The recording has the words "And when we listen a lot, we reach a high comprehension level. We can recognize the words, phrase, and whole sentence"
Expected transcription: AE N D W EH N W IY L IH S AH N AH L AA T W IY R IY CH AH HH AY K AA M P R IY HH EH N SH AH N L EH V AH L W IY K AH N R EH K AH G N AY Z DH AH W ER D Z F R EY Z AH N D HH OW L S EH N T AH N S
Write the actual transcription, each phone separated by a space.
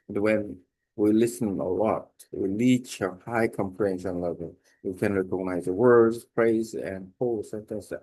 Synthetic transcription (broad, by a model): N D W EH N W IY L IH S AH N AH L AA T W IY L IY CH AH HH AY K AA M P L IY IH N S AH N L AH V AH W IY K AH N R EH K AH G N AY Z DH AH W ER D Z P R EY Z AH N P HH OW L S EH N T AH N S